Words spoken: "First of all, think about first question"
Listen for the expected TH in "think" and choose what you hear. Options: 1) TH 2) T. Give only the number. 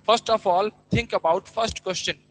2